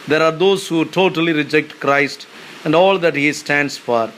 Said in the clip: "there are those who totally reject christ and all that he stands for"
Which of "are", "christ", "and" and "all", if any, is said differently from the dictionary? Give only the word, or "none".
none